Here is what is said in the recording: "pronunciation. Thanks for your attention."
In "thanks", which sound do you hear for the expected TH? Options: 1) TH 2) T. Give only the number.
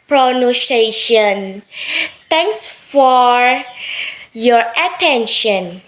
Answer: 2